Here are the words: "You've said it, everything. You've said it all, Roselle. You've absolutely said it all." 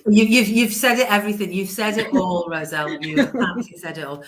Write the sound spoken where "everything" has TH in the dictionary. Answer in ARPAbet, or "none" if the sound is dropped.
TH